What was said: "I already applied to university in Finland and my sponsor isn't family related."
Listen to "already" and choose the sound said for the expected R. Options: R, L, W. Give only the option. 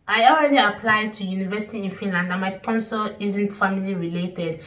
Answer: R